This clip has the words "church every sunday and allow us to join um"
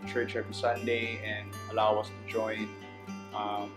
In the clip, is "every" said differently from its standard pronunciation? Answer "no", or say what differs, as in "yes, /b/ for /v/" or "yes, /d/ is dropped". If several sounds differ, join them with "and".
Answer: yes, /ɹ/ is dropped